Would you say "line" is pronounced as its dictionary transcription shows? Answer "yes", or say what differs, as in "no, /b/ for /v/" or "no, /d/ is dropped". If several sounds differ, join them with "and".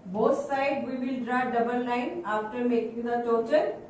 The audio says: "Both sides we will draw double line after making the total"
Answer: no, /n/ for /l/